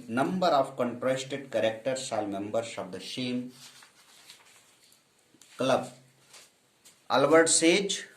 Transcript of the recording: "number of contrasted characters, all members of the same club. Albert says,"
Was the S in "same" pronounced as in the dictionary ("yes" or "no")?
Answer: no